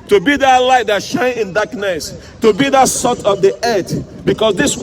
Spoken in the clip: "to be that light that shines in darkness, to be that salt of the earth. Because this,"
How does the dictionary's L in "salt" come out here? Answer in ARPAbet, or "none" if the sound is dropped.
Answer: none